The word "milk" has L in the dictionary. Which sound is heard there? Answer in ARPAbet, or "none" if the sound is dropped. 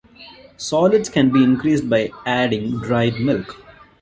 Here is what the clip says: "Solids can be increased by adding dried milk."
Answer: L